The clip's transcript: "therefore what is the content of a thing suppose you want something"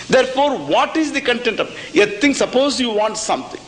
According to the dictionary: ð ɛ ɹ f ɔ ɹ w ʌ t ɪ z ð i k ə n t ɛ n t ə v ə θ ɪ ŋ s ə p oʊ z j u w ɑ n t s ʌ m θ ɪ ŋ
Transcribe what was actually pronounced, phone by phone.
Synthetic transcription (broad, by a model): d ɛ ɹ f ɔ ɹ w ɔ t ɪ z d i k ə n t ɛ n t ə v ə t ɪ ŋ s ə p oʊ z j u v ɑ n t s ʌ m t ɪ ŋ